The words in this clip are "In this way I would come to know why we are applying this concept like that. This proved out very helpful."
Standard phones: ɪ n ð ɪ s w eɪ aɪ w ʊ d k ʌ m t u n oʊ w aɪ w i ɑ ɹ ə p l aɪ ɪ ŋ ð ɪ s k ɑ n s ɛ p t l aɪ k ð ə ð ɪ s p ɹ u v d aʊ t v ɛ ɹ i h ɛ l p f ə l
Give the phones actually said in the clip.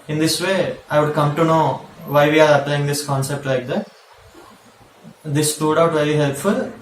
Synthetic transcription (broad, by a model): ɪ n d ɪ s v eɪ aɪ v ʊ d k ʌ m t u n oʊ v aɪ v i ɑ ɹ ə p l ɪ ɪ ŋ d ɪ s k ɑ n s ɛ p t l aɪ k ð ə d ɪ s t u d aʊ t v ɛ ɹ i h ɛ l p f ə l